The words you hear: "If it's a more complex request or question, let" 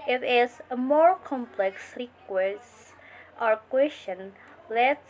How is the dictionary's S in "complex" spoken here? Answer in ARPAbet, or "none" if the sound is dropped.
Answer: S